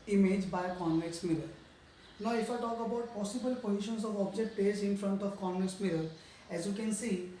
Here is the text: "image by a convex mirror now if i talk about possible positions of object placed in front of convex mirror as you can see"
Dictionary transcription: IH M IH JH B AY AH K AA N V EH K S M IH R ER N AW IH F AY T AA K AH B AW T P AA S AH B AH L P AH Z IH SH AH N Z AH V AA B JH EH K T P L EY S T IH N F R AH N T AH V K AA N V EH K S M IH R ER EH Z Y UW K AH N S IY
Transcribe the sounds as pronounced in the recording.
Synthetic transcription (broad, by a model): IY M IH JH B AY K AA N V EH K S M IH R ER N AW IH F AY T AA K AH B AW T P AA S AH B AH L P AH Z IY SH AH N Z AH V AA B JH EH K T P EY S IH N F R AH N T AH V K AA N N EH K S M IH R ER EH Z Y UW K AH N S IY